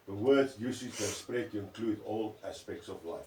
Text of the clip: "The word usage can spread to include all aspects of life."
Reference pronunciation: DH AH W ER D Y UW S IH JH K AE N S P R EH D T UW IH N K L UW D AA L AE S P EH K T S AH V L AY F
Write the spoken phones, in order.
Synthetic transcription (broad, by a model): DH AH W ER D Y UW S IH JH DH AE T S P R EH D T UW IH N K L UW D AA L AE S P EH K T S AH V L AY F